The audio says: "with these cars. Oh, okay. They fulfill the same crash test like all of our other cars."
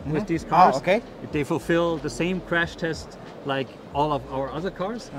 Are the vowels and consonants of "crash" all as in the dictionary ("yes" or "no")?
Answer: yes